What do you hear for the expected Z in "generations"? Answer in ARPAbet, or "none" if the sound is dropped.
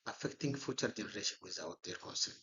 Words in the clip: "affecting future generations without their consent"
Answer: none